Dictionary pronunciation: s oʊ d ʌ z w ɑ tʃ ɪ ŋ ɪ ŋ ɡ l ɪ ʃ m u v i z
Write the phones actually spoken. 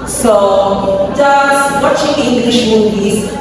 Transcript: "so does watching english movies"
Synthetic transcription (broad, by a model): s oʊ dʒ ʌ s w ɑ tʃ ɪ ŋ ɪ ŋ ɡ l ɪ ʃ m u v i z